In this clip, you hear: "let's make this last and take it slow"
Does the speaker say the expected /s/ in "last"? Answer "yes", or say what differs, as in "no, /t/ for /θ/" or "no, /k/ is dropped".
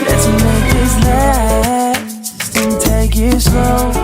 no, /s/ is dropped